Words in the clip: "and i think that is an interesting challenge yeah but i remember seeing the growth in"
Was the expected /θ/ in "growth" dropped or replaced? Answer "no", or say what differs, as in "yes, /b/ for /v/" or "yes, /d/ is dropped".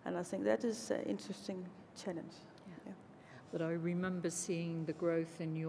no